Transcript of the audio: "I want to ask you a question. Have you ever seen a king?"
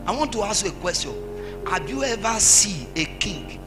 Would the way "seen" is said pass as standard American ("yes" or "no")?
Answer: no